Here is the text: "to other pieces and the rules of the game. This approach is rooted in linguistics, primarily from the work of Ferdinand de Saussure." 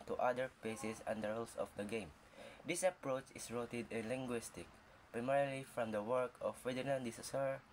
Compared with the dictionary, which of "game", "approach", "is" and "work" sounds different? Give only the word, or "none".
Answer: is